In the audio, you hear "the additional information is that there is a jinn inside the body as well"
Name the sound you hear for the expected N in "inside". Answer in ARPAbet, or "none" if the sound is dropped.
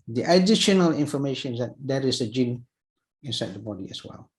N